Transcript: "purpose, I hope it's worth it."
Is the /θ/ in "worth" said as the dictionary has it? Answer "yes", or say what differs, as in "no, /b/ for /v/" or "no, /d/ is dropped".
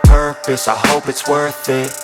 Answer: yes